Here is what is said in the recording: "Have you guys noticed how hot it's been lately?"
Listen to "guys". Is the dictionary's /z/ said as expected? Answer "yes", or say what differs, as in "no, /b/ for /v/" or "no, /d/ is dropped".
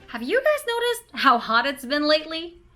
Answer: yes